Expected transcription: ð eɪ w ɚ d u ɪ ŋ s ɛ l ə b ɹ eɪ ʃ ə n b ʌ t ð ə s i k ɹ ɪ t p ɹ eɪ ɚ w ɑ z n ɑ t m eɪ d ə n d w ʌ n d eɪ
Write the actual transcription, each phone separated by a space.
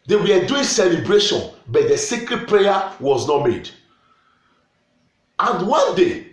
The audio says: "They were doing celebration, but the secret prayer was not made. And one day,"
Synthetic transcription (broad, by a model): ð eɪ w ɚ d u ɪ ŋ s ɛ l ə b ɹ eɪ ʃ ə n b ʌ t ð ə s i k ɹ ɪ t p ɹ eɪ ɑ w ɑ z n ɑ t m eɪ d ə n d w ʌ n d eɪ